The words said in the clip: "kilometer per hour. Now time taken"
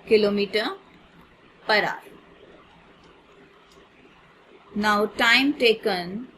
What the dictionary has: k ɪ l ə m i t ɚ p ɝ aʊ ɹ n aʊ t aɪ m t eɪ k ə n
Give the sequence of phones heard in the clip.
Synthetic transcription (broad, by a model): k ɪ l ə m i t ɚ p ɝ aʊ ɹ n aʊ t aɪ m t eɪ k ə n